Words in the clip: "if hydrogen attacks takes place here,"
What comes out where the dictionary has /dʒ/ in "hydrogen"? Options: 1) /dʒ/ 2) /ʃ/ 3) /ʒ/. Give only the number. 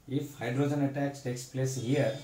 1